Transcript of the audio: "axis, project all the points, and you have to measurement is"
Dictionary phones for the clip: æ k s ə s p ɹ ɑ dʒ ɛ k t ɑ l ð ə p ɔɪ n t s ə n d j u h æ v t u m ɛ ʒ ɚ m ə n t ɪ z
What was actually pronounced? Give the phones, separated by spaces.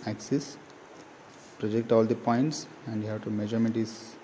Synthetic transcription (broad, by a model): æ k s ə s p ɹ ɑ dʒ ɛ k t ɑ l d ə p ɔɪ n t s ə n d j u h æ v t u m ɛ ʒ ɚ m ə t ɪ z